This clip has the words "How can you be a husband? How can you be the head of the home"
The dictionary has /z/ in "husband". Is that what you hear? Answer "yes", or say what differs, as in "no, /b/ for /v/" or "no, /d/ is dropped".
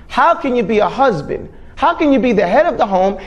yes